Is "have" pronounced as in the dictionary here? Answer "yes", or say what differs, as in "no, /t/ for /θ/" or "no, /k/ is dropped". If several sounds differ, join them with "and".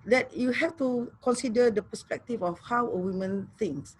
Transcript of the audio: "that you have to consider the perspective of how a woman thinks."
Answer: no, /f/ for /v/